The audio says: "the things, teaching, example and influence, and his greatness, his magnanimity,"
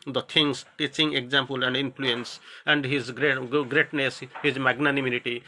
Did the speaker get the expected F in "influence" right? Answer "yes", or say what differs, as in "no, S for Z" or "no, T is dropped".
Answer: no, P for F